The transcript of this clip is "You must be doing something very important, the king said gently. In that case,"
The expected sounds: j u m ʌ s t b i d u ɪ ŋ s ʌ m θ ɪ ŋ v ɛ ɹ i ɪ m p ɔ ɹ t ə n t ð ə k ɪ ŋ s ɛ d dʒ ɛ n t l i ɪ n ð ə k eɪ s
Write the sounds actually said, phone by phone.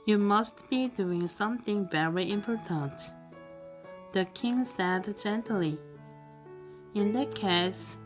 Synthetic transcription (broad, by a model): j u m ʌ s t b i d u ɪ ŋ s ʌ m θ ɪ ŋ v ɛ ɹ i ɪ m p ɔ ɹ t ə n t ð ə k ɪ ŋ s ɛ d dʒ ɛ n t l i ɪ n ð ə k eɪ s